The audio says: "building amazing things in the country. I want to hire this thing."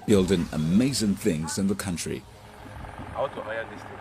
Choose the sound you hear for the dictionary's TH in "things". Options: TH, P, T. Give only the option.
TH